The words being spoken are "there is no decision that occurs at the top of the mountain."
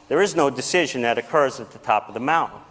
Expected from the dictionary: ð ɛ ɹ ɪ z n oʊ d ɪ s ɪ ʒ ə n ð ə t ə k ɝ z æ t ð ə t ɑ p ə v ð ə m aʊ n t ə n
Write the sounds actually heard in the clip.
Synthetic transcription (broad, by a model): ð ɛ ɹ ɪ z n oʊ d ɪ s ɪ ʒ ə n ð ə t ə k ɝ z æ t ð ə t ɑ p ə v ð ə m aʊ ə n